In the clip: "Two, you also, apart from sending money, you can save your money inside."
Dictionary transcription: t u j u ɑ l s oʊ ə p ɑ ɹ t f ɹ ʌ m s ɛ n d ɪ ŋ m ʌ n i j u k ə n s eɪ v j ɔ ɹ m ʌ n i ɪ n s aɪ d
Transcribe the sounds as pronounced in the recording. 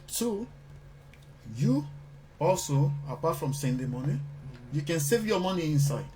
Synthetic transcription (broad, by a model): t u j u ɑ l s oʊ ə p ɑ t f ɹ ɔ m s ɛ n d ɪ m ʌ n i j u k ə n s eɪ v j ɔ m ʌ n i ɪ n s aɪ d